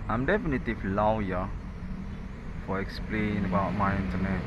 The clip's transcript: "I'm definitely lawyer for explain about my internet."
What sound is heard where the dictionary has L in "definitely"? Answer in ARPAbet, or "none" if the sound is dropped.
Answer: none